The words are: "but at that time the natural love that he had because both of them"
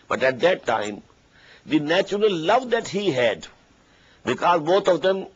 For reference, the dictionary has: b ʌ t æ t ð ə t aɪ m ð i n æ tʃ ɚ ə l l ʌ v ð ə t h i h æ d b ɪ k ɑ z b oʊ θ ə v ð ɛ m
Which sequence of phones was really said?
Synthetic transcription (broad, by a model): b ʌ t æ t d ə t aɪ m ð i n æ tʃ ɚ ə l l ʌ v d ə t h i h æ d b ɪ k ɑ z b oʊ t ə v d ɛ m